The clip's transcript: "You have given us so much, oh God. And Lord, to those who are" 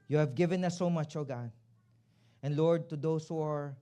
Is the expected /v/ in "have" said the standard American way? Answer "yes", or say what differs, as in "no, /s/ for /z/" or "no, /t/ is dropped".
yes